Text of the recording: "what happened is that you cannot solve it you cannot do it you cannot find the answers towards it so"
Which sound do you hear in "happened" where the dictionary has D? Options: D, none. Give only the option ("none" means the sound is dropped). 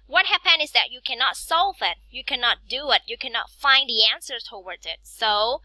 none